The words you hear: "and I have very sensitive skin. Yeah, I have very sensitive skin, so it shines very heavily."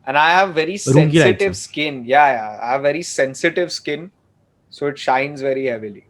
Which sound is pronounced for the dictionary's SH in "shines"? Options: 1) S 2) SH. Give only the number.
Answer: 2